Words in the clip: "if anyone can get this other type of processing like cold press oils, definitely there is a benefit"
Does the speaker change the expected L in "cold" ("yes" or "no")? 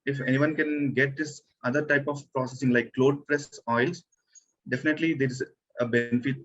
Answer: yes